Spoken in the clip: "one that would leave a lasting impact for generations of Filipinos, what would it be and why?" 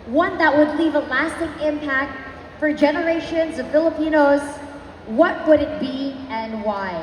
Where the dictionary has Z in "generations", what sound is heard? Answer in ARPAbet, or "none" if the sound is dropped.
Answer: Z